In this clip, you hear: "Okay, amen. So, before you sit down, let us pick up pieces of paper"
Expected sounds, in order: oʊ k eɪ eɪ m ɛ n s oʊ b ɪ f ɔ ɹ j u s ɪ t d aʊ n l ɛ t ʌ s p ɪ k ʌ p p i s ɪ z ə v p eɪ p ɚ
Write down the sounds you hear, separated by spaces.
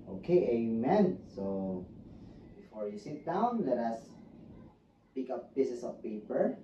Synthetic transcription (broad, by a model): oʊ k eɪ eɪ m ɛ n s oʊ b ɪ f ɔ ɹ j u s ɪ t d aʊ n l ɛ t ʌ s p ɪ k ʌ p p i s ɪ s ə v p eɪ p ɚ